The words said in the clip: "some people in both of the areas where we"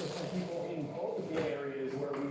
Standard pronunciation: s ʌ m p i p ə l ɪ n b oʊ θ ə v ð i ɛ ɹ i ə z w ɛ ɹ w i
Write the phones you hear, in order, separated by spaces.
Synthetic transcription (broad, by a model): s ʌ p i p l ɪ n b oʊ t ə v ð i ɛ ɹ i ə z w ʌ ɹ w i